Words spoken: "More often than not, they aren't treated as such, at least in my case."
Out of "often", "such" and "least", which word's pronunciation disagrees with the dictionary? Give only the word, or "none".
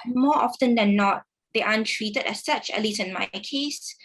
least